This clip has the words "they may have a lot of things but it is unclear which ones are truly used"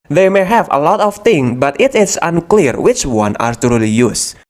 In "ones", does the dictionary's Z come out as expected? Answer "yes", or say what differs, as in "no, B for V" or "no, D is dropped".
no, Z is dropped